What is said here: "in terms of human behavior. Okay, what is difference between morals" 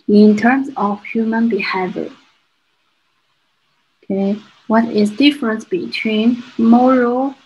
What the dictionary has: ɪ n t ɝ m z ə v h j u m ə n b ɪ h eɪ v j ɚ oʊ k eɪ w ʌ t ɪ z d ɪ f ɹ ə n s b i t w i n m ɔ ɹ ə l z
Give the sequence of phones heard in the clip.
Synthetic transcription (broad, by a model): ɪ n t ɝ m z ə v h j u m ə n b ɪ h eɪ v j ɚ oʊ k eɪ w ʌ t ɪ z d ɪ f ɹ ə n s b i t w i n m ɔ ɹ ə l